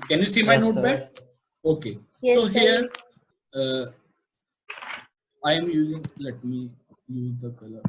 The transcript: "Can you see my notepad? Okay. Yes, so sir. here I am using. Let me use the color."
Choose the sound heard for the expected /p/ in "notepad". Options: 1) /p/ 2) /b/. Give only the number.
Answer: 2